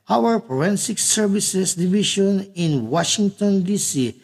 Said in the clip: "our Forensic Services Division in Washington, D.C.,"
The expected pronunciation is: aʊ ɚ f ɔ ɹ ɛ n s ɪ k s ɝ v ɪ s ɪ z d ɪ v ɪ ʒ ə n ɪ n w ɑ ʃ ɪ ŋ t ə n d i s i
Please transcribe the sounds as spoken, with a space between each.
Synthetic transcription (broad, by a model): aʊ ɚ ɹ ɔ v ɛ n s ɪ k s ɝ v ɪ s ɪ s d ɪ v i ʃ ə n ɪ n w ɑ ʃ ɪ ŋ t ə n d i s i